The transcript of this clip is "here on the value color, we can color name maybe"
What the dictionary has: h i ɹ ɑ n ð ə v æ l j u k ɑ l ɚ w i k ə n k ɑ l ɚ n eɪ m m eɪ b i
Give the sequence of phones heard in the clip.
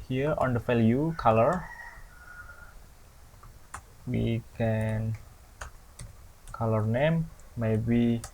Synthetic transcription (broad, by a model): h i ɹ ɑ n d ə f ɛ l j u k ɑ l ɚ w i k ə n k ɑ l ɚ n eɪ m m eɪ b i